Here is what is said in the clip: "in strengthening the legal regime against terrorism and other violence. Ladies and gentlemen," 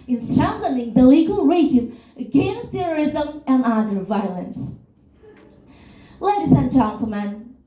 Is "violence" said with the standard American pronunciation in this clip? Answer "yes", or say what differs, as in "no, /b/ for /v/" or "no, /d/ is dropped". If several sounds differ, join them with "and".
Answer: yes